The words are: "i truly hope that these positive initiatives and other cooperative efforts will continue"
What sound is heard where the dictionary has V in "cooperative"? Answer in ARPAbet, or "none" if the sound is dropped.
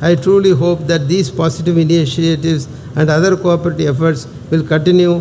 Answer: none